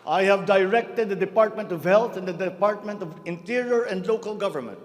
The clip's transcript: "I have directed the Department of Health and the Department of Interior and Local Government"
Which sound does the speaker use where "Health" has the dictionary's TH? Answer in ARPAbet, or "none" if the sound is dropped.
T